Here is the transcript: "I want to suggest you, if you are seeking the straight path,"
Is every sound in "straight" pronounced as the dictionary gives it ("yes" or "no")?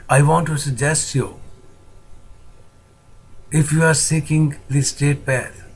no